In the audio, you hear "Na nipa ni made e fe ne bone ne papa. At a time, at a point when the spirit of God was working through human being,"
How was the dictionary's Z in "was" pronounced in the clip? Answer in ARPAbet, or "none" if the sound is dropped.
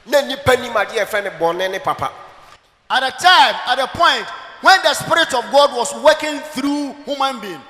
S